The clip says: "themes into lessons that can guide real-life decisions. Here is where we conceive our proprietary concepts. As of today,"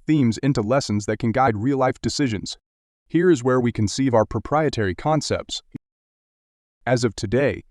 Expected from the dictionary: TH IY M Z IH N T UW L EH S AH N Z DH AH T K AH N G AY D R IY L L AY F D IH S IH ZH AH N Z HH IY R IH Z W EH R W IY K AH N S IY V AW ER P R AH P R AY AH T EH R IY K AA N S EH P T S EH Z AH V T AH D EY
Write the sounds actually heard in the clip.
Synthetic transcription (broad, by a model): TH IY M Z IH N T UW L EH S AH N Z DH AH T K AH N G AY D R IY L L AY F D IH S IH ZH AH N Z HH IY R IH Z W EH R W IY K AH N S IY V AW ER P R AH P R AY AH T EH R IY K AA N S EH P T S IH Z AH V T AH D EY